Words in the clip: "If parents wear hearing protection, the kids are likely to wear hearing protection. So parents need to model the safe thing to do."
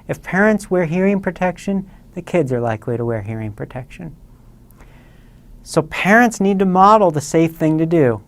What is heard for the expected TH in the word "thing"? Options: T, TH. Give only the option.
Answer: TH